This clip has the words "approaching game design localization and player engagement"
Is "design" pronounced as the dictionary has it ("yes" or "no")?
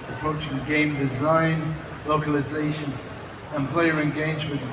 yes